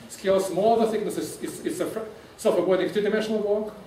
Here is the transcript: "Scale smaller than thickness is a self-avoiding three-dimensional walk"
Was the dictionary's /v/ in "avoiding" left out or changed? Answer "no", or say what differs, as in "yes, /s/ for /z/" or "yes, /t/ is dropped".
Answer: yes, /w/ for /v/